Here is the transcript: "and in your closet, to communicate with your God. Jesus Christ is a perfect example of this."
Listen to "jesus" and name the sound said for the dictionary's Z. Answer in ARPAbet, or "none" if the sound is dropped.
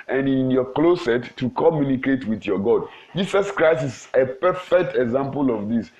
S